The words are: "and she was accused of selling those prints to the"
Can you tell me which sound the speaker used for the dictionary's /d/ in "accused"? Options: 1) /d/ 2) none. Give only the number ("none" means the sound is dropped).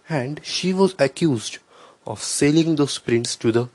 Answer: 1